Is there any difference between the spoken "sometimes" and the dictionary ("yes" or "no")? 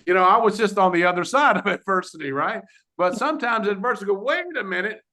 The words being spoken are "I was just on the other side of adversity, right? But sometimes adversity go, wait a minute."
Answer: no